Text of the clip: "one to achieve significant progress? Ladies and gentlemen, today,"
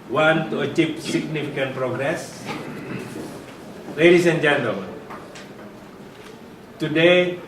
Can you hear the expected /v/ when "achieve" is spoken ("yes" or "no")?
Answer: no